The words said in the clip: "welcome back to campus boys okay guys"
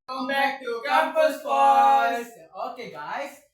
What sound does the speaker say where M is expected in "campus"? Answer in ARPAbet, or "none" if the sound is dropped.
none